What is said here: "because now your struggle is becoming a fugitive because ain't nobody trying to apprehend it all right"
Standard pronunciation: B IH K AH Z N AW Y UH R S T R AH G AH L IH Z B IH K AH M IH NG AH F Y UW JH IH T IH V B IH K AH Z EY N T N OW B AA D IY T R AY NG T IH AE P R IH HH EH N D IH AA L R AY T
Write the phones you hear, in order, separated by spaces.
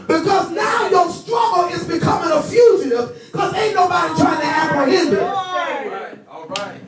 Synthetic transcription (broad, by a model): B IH K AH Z N AW Y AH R S T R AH G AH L IH Z B IH K AH M IH NG AH F Y UW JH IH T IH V K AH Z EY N N OW B AA D IY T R AY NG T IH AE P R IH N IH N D IH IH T